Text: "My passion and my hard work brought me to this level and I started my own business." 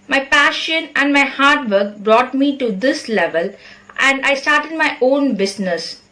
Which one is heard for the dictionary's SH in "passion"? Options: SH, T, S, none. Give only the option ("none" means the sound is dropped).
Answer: SH